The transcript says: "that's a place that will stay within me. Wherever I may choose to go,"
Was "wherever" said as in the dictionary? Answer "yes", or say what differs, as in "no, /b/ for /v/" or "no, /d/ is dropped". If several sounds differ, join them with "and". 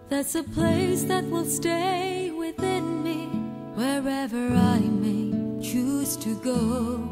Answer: yes